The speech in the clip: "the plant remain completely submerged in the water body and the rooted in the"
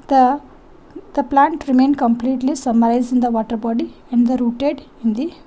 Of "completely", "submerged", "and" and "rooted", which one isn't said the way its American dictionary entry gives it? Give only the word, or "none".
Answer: submerged